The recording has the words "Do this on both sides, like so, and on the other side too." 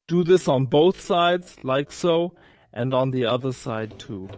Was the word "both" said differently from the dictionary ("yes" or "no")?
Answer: no